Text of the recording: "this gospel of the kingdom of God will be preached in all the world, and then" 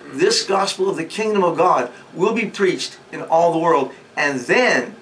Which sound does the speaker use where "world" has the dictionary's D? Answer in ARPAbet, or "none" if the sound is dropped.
D